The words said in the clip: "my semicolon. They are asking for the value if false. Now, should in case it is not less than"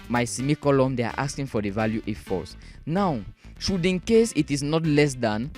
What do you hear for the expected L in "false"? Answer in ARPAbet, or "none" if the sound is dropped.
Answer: none